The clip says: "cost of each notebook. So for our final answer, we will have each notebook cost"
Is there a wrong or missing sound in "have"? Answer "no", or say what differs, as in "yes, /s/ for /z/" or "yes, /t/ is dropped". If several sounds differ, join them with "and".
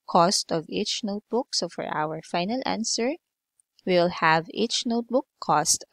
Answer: no